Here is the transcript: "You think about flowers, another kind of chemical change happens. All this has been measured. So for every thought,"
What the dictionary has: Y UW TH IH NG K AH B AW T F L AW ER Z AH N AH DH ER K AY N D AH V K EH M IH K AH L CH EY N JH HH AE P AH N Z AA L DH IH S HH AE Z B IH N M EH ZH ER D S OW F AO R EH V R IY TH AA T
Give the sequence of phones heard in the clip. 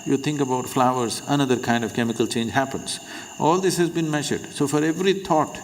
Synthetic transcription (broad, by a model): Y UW T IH NG K AH B AW T F L AW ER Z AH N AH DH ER K AY N D AH V K EH M IH K AH L CH EY N JH HH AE P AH N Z AA L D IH S HH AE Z B IH N M EH ZH ER D S OW F AO R EH V R IY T AA T